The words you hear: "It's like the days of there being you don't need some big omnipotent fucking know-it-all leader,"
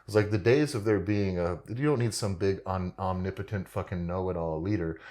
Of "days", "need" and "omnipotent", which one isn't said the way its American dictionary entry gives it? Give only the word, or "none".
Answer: none